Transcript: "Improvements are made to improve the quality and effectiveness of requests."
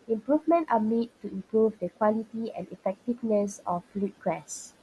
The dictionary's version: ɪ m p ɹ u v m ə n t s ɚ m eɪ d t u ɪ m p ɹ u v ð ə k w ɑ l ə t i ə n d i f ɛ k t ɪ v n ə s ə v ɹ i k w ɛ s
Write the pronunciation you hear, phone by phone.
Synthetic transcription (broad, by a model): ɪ m p ɹ u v m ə n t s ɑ m eɪ d t u ɪ m p ɹ u v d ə k w ɑ l ə t i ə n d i f ɛ k t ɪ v n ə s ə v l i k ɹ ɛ s